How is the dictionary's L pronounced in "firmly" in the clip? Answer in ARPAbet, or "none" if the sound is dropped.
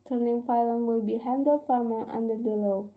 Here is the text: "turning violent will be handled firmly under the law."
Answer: none